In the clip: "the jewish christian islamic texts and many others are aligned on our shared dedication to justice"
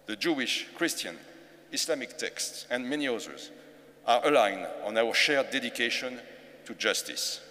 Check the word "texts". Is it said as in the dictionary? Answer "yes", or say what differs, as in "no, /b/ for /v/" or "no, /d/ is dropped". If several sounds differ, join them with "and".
yes